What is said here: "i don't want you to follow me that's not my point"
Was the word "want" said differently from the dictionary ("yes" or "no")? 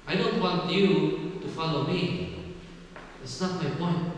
no